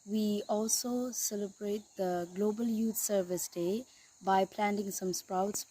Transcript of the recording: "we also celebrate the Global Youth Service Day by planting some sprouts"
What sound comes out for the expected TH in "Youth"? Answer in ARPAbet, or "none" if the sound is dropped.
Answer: T